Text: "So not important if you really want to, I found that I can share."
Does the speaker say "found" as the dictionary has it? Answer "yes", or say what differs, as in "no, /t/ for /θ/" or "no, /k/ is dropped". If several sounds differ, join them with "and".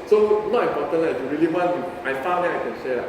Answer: no, /n/ is dropped